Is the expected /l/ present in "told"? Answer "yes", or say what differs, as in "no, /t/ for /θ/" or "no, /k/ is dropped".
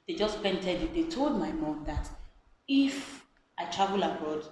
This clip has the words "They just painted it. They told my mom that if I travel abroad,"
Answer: yes